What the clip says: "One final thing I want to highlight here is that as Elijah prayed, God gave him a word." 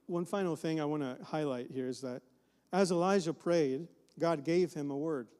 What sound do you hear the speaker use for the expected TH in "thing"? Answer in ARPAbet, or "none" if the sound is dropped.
TH